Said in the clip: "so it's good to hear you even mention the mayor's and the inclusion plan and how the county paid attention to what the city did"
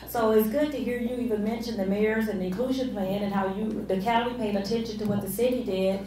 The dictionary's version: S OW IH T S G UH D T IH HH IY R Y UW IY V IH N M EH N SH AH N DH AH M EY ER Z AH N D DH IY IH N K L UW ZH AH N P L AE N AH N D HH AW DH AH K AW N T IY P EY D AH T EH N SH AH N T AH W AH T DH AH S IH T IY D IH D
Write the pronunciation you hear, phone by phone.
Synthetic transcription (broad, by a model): S OW IH T S G UH D T IH HH IY R Y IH IY V IH N M EH N SH AH N DH AH M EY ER Z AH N DH IY IH N K L UW ZH AH N P L AE N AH N HH AW DH AH K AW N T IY P EY D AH T EH N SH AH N T AH W AH T DH AH S IH T IY D IH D